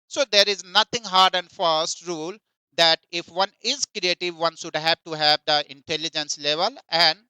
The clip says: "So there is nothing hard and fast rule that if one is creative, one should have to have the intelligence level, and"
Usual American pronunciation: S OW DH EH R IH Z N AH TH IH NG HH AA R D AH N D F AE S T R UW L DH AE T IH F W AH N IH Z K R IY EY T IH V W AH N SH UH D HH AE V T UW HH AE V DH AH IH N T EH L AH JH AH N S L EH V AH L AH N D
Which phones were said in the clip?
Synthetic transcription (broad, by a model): S OW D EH R IH Z N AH T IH NG HH AA R D AH N D F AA S T R UW L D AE T IH F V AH N IH Z K R IY EY T IH V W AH N SH UH D HH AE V T UW HH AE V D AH IH N T EH L AH JH AH N S L EH V AH L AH N D